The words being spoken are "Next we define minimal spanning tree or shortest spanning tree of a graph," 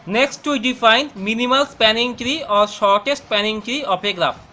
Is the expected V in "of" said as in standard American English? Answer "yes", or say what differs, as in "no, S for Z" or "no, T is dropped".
no, P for V